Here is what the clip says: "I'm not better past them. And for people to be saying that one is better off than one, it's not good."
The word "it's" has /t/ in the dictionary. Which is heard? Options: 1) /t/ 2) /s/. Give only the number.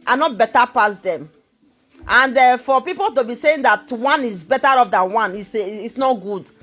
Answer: 2